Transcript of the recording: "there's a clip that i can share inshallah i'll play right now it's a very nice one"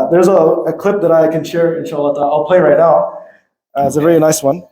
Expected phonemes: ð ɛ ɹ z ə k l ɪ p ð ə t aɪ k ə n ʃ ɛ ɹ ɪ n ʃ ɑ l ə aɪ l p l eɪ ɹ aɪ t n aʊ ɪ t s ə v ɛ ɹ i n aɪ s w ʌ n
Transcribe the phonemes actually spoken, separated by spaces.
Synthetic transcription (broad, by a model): ð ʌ ɹ z ə k l ɪ p ð ə t aɪ k ə n ʃ ɛ ɹ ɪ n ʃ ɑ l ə aɪ l p l eɪ ɹ aɪ t n aʊ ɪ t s ə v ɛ l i n aɪ s w ʌ n